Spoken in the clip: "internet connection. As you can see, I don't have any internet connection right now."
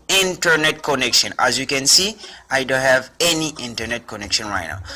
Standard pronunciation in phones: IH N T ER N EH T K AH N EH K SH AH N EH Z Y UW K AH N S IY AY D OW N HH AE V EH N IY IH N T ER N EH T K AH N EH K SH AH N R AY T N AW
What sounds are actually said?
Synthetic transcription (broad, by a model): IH N T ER N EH T K AH N EH K SH AH N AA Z Y UW K AH N S IY AY D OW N HH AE V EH N IY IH N T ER N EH T K AH N EH K SH AH N R AY T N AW